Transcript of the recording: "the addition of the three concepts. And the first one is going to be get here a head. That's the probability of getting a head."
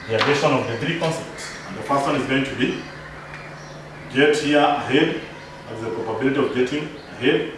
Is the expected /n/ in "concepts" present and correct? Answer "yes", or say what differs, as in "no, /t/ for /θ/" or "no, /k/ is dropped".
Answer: yes